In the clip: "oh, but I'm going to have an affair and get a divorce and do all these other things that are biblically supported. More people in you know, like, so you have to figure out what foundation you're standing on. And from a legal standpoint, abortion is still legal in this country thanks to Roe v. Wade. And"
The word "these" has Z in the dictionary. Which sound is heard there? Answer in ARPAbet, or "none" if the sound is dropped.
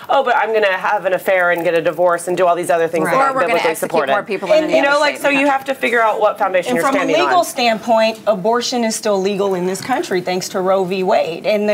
Z